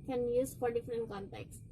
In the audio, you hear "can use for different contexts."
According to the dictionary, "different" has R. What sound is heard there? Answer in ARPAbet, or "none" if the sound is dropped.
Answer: R